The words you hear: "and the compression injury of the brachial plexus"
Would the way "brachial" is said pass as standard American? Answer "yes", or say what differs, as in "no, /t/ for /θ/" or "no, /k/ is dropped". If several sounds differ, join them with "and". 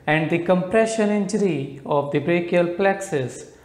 yes